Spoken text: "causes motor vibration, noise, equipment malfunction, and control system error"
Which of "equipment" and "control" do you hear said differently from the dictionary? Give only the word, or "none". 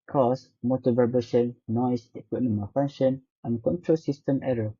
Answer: equipment